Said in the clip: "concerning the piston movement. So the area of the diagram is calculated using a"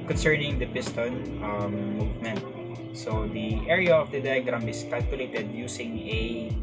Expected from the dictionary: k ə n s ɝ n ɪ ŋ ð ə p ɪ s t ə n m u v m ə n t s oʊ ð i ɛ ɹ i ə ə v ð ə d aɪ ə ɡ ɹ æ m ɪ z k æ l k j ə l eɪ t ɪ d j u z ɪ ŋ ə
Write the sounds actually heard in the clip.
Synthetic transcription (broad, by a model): k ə n s ɝ n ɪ ŋ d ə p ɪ s t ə n m u v m ə n t s oʊ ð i ɛ ɹ i ə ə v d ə d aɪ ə ɡ ɹ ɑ m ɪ s k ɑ l k j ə l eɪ t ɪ d j u s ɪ ŋ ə